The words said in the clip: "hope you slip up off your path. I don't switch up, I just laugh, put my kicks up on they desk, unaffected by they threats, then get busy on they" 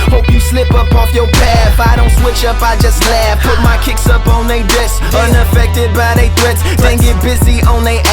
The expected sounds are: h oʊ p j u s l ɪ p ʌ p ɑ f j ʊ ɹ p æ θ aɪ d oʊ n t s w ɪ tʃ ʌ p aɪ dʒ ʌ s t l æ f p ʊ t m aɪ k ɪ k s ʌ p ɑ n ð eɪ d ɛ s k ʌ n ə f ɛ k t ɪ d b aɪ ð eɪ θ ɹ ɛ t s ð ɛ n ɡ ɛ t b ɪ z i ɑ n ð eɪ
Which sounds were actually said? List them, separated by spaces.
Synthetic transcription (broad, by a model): h oʊ p j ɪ s l ɪ p ʌ p ɑ f j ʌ ɹ p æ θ aɪ d oʊ n t s w ɪ tʃ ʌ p aɪ dʒ ʌ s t l æ f p ʊ t m aɪ k ɪ k s ʌ p n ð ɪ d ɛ s ʌ n ə f ɛ k t ɪ d b aɪ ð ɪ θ ɹ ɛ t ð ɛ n ɡ ɛ t b ɪ z i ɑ n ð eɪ